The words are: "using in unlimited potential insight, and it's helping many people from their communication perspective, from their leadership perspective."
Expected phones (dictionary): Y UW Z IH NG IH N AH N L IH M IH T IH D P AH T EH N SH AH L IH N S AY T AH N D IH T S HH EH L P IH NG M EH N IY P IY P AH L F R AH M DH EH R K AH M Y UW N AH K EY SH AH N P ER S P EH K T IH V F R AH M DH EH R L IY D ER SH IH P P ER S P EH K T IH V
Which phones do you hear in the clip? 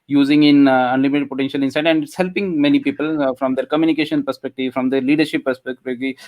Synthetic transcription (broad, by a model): Y UW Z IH NG IH N AH N L IH M IH T IH D P AH T EH N SH AH L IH N S AY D AH N D HH EH L P IH NG M EH N IY P IY P AH L F R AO M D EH R K AH M Y UW N AH K EY SH AH N P ER S P EH K T IH V F R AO M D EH R L IY D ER SH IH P P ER S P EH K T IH